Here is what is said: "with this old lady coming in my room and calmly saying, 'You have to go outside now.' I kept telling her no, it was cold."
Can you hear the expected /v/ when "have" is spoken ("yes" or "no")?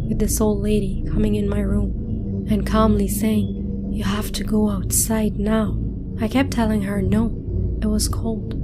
no